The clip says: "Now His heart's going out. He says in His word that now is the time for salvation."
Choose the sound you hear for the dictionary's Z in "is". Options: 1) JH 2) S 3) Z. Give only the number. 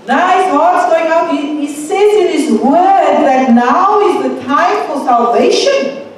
3